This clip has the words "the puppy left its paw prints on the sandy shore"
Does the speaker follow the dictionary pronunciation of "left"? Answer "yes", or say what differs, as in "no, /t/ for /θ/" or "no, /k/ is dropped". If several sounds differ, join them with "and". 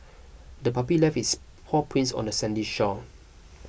no, /t/ is dropped